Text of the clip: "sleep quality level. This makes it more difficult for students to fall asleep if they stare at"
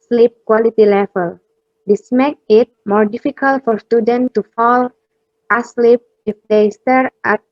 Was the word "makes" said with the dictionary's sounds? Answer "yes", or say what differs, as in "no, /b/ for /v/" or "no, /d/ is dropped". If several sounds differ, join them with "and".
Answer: no, /s/ is dropped